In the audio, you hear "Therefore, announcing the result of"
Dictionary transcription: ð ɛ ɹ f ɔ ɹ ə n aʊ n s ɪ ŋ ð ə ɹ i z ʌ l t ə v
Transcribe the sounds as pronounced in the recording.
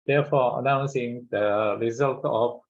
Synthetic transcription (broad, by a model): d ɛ f ɔ ə n aʊ n s ɪ ŋ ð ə ɹ i z ʌ l t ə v